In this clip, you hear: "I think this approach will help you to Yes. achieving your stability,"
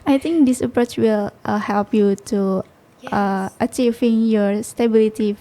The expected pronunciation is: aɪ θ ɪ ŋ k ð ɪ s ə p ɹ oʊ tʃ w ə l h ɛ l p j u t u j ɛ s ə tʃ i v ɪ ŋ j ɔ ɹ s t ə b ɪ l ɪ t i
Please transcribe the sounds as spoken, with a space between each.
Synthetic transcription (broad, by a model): aɪ t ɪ ŋ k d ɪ s ə p ɹ oʊ tʃ w ə l h ɛ l p j u t u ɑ ə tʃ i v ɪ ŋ j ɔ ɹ s t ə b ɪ l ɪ t i